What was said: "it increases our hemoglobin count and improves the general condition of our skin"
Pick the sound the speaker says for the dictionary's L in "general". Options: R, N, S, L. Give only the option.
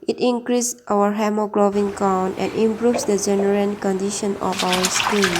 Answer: N